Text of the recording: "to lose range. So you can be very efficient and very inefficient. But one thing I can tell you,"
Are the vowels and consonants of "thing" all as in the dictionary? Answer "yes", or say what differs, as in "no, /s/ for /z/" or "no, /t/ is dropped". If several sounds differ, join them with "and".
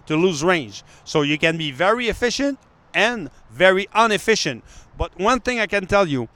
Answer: yes